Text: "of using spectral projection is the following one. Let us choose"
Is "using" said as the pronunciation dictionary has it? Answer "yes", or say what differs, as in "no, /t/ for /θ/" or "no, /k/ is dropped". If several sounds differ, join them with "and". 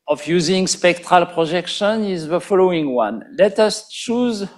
yes